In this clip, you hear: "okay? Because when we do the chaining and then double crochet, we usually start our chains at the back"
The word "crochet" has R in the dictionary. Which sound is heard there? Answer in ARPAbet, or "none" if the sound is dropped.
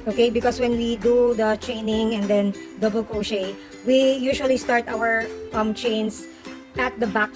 none